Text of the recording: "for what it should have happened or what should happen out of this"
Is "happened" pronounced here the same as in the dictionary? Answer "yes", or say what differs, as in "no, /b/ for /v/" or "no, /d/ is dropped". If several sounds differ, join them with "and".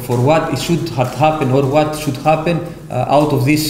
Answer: no, /d/ is dropped